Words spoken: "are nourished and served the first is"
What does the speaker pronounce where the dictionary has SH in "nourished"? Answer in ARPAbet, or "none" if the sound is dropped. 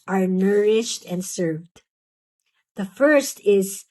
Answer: SH